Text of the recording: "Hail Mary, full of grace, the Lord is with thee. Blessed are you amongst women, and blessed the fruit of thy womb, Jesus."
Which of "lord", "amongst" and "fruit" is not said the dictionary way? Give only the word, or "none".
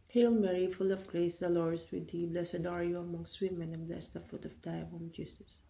fruit